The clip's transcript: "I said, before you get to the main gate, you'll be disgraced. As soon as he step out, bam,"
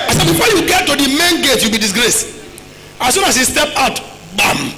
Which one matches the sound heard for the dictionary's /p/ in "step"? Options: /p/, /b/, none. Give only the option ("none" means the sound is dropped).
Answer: /p/